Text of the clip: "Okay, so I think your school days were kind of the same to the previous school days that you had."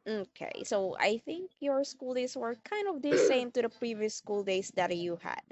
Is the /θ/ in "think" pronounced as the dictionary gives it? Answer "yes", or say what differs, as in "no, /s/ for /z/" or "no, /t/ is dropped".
yes